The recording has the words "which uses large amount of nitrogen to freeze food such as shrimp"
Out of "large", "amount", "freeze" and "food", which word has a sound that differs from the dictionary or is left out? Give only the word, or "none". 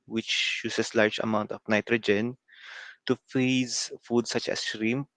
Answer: freeze